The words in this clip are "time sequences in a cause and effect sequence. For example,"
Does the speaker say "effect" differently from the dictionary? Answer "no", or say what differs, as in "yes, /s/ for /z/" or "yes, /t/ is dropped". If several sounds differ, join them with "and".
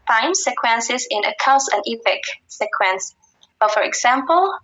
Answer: yes, /p/ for /f/